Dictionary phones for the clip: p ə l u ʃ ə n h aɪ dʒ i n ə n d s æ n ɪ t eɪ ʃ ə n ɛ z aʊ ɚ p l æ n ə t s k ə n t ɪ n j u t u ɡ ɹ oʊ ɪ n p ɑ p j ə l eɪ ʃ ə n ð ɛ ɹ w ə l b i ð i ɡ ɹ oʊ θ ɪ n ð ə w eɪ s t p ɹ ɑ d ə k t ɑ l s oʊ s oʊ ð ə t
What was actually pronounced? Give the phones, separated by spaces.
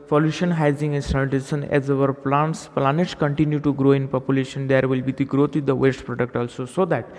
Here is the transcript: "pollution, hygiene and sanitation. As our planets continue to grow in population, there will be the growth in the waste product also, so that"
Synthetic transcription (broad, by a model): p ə l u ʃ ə n h aɪ z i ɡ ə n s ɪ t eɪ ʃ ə n ɛ z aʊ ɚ p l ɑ n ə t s k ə n t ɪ n j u t u ɡ ɹ oʊ ɪ n p ɑ p j ə l eɪ ʃ ə n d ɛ ɹ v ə l b i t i ɡ ɹ oʊ t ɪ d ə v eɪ s t p ɹ ɑ d ə k t ɑ l s oʊ s oʊ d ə t